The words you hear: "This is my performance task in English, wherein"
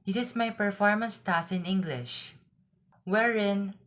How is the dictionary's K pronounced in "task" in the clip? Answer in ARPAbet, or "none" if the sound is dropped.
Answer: none